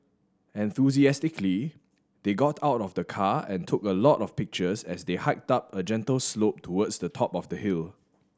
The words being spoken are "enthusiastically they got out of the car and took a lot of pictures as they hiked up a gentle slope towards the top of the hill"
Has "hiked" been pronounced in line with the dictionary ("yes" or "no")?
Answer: yes